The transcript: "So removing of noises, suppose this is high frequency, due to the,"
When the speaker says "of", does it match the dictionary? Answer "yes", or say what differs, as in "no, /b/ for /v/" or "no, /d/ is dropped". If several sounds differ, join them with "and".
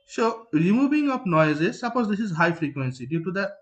no, /p/ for /v/